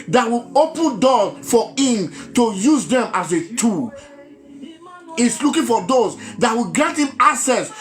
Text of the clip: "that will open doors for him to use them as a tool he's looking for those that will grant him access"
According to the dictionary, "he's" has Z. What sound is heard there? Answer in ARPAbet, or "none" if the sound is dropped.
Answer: S